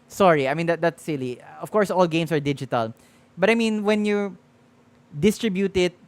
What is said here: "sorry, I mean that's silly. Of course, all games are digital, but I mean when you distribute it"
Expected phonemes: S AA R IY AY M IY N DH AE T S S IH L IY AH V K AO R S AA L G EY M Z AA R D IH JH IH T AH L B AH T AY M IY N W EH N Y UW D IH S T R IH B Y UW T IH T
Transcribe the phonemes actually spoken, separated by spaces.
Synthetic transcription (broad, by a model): S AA R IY AY M IY N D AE T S S IH L IY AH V K AO R S AA L G EY M S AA R D IH JH IH T AH L B AH T AY M IY N W EH N Y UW D IH S T R IH B Y UW T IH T